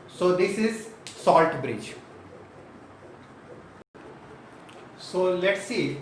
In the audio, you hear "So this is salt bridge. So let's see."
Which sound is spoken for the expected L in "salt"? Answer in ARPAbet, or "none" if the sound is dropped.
L